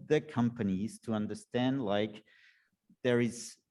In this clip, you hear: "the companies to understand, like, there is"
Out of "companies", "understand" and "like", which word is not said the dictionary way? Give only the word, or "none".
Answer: none